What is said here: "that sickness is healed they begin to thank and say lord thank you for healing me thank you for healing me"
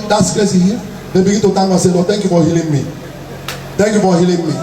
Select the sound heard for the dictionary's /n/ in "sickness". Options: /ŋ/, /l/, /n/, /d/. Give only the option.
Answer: /l/